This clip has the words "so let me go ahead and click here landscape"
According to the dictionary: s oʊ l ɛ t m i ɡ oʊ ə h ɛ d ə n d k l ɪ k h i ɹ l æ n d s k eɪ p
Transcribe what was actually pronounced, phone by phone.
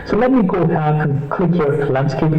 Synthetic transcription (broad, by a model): s oʊ l ɛ t m i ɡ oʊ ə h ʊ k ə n k l ɪ k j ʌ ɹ l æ n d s k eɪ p